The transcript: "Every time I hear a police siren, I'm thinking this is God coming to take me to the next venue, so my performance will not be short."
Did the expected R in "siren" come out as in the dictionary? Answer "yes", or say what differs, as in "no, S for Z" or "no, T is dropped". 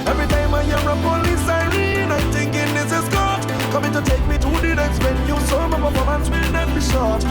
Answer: yes